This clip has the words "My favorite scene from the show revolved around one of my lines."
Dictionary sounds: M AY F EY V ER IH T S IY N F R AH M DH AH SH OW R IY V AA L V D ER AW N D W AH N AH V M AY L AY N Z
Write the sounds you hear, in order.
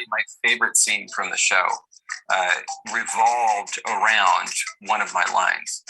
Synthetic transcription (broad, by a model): M AY F EY V ER IH T S IY N F R AH M DH AH SH OW R IY V AA L V D ER AW N D W AH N AH V M AY L AY N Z